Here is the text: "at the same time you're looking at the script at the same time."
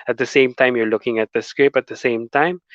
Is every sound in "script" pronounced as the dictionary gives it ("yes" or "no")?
no